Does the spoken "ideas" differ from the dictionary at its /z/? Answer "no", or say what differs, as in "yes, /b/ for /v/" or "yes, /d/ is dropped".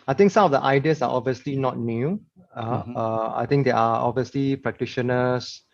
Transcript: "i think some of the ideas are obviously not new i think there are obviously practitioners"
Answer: yes, /s/ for /z/